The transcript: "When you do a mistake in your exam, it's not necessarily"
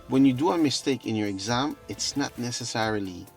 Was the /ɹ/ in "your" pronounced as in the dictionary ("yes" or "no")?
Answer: yes